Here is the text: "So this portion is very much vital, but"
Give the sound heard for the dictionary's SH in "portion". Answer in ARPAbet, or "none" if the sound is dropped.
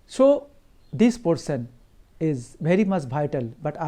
S